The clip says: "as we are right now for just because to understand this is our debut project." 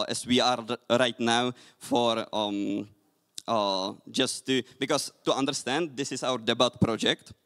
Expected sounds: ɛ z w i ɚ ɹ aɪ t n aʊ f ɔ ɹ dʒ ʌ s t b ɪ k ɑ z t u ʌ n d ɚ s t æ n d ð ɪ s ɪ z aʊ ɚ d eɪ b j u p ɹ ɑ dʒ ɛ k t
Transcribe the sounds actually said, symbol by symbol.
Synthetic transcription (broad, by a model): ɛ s w i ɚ ɹ aɪ t n aʊ f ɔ ɹ dʒ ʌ s t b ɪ k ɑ s t u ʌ n d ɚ s t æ n d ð ɪ s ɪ s aʊ ɚ d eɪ b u p ɹ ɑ dʒ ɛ k t